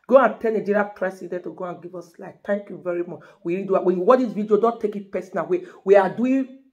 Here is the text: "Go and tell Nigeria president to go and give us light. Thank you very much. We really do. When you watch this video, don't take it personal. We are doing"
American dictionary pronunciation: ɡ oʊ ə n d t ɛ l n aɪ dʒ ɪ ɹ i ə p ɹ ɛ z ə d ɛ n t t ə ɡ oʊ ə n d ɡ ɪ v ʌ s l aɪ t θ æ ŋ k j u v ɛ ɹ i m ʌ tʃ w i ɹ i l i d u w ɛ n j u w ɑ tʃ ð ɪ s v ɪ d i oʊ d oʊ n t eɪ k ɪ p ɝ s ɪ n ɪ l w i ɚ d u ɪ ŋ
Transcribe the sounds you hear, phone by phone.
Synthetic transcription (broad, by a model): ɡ oʊ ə n t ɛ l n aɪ dʒ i ɹ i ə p ɹ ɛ s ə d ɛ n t t ə ɡ oʊ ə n ɡ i v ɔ s l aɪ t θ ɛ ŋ k j u v ɛ ɹ i m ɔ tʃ w i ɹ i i d u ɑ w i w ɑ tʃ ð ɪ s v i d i oʊ d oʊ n t eɪ k ɪ p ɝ s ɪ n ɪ w w i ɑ d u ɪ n